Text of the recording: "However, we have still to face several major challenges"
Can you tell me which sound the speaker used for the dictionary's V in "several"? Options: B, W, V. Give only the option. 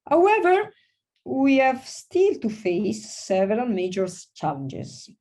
V